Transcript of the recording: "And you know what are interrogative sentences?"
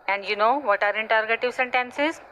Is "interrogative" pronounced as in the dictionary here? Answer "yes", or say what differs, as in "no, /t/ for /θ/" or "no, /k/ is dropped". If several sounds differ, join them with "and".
yes